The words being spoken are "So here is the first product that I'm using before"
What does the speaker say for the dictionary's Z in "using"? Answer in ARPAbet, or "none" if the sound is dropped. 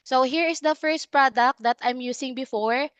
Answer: S